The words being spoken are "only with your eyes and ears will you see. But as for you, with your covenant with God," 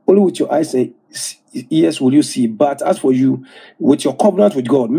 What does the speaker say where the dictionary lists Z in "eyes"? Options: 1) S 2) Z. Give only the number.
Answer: 1